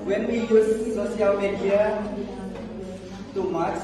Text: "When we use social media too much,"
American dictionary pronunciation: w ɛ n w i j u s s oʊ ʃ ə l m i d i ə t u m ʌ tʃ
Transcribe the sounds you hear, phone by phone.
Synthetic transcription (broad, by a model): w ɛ n w i j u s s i ə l m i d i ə t u m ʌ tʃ